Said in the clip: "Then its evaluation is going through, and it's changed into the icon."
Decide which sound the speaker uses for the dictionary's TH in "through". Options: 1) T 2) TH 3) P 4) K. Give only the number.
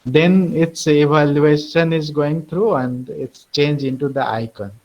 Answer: 1